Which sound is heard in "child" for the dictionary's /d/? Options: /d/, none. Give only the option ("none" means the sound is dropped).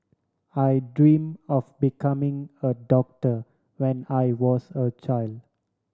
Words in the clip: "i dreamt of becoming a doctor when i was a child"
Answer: /d/